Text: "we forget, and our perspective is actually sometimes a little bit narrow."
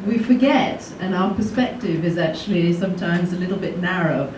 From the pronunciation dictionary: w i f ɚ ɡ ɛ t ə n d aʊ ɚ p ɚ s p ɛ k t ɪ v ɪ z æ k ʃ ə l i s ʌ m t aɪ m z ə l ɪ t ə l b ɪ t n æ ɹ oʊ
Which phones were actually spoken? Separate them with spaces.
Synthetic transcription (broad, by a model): w i f ɚ ɡ ɛ t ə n aʊ ɚ p ɚ s p ɛ k t ɪ v ɪ z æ k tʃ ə l i s ʌ m t aɪ m z ə l ɪ t l b ɪ t n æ ɹ oʊ